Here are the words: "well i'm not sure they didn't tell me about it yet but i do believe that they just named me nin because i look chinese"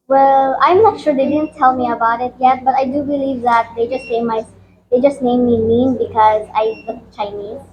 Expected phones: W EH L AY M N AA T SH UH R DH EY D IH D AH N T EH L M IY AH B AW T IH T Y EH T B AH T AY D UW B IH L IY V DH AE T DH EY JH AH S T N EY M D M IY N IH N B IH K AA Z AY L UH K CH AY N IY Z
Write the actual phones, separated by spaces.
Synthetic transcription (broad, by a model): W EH L AY M N AA T SH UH R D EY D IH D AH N T EH L M IY AH B AW T IH T Y EH T B AH T AY D UW B IH L IY V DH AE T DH EY JH AH S T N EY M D M IY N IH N B IH K AA Z AY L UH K CH AY N IY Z